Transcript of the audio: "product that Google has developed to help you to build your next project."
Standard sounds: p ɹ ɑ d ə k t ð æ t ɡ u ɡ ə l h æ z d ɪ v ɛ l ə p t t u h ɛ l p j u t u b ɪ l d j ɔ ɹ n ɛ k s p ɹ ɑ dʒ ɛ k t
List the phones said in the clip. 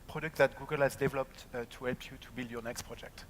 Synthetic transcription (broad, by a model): p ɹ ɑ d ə k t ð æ t ɡ u ɡ ə l h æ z d ɪ v ɛ l ə p t t u h ɛ l p j u t u b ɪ l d j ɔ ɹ n ɛ k s p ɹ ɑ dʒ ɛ k t